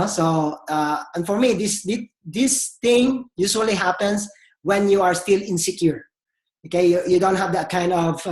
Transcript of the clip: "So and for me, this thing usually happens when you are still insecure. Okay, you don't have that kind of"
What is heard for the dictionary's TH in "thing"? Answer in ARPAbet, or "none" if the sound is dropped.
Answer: T